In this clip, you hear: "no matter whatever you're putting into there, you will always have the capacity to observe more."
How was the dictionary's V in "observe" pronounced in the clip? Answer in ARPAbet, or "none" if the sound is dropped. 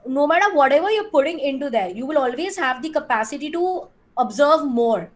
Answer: V